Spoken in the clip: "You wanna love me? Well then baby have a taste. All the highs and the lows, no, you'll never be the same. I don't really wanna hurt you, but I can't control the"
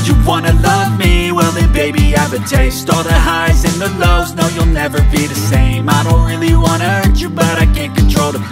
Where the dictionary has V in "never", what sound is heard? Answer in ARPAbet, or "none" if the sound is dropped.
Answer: V